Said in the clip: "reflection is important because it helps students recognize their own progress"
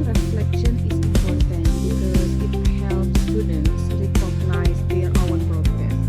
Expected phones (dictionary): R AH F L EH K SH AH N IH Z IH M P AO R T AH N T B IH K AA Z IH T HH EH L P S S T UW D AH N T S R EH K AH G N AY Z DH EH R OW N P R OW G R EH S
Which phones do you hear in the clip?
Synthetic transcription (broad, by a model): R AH F L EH K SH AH N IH S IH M P AO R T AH N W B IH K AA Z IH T HH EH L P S S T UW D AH N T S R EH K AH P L AY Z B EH W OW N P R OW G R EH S